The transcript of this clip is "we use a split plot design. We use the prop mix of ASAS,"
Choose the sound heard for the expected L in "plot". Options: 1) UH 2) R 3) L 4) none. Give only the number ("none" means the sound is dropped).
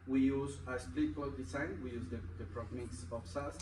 4